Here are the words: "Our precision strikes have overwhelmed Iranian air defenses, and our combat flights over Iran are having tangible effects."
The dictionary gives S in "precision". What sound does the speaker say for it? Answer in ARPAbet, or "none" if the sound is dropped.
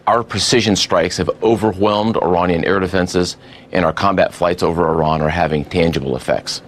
S